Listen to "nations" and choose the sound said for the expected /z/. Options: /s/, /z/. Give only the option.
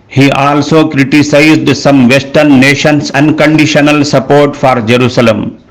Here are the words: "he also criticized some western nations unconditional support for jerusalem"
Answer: /s/